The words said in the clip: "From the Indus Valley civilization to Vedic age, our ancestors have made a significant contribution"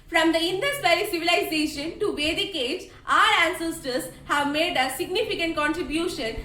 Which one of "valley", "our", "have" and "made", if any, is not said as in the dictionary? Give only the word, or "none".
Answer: valley